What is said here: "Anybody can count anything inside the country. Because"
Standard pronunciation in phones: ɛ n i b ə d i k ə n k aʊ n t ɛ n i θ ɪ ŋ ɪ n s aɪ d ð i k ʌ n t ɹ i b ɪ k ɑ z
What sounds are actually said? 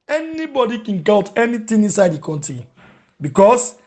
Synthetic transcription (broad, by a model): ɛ n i b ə d i k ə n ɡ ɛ l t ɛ n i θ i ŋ ɪ n s aɪ d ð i k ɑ n t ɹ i b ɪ k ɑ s